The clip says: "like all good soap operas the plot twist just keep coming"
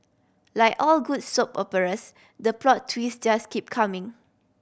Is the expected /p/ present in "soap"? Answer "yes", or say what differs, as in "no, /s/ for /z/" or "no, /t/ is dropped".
yes